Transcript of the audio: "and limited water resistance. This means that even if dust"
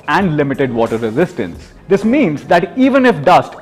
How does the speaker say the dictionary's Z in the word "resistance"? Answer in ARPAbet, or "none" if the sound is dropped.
Z